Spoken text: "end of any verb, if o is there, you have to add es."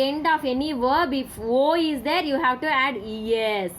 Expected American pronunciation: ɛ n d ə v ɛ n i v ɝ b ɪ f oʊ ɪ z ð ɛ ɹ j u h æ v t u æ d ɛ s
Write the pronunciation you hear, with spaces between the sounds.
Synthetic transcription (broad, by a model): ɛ n d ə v ɛ n i v ɝ b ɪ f oʊ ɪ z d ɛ ɹ j u h æ v t u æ d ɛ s